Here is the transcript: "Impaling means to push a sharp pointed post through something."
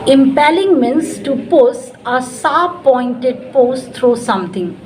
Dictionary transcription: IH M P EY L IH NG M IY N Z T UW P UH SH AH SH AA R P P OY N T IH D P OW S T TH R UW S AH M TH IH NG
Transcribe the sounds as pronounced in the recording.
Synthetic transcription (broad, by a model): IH M P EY L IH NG M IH N S T UW P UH S AH S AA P P OY N T IH D P OW S T R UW S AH M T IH NG